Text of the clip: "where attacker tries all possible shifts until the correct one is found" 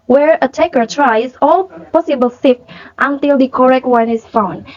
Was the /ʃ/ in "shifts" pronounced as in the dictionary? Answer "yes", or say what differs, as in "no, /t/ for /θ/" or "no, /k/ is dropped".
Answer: no, /s/ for /ʃ/